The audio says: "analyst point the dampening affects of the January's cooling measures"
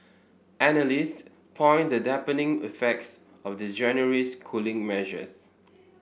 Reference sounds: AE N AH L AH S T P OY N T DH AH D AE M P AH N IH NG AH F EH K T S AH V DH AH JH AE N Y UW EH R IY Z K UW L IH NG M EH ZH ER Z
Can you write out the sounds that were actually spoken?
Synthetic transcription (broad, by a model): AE N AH L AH S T P OY N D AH D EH P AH N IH NG AH F EH K T S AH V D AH JH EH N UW R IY S K UW L IH NG M EH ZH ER S